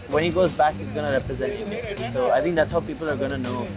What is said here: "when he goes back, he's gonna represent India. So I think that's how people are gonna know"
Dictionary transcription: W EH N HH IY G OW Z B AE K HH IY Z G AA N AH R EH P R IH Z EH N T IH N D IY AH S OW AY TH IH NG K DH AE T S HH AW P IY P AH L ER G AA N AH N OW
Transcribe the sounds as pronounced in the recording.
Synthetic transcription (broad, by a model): W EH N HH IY G OW Z B AE K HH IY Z G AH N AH R EH P R IH Z EH N T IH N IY S OW AY TH IH NG K DH AE T S HH AW P IY P L ER G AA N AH N OW